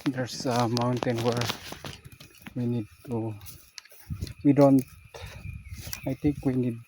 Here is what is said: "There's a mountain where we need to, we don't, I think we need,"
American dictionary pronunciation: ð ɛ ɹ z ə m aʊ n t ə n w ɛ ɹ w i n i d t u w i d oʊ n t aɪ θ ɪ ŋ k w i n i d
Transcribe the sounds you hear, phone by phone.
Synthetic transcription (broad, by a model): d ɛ ɹ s ə m aʊ n t ə n w ɛ ɹ w i n i d t u w i d oʊ n t aɪ t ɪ ŋ k w i n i d